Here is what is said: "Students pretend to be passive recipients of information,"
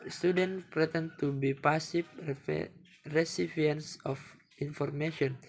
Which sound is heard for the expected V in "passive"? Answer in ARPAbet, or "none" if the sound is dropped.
F